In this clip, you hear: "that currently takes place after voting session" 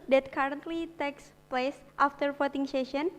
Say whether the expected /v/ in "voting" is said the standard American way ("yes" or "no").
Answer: no